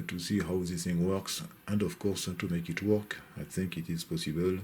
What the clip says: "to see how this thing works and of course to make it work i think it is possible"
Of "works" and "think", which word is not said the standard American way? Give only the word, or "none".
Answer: none